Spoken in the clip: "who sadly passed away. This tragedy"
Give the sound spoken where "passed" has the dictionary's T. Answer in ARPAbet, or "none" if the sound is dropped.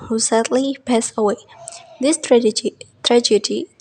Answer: none